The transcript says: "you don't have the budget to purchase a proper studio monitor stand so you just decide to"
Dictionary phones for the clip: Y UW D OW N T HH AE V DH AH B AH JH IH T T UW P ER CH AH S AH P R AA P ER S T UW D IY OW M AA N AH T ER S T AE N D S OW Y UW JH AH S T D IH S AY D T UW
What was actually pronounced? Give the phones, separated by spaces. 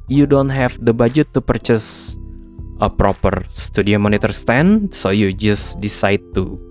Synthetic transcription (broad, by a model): Y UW D OW N T HH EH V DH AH B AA JH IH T T UW P ER CH AH S AH P R AA P ER S T UW D IY OW M AA N AH T ER S T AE N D S OW Y UW JH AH S D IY S AY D T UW